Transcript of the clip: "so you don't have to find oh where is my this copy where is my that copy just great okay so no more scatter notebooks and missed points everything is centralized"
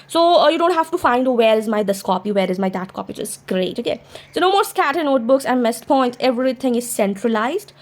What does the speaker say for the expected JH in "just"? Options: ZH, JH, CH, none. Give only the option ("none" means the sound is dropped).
CH